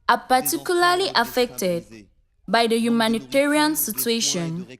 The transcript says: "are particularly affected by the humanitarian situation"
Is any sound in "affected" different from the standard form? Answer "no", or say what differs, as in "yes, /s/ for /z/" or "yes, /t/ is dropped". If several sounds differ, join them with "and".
no